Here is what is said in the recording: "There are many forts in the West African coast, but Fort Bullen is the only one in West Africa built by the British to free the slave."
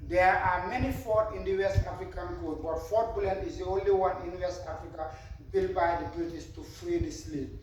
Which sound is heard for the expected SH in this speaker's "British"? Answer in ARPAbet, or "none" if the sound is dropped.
S